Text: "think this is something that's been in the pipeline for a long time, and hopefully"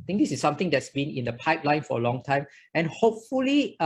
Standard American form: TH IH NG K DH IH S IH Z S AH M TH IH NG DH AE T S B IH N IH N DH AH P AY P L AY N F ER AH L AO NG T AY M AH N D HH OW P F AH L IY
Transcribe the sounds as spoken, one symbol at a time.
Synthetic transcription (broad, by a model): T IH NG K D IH S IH S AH M T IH NG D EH T S B IH N IH N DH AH P AY P L AY N F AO AH L AO NG T AY M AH N HH OW P F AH L IY